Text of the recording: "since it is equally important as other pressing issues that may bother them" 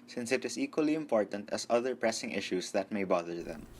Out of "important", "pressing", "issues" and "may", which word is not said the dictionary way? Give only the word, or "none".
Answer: issues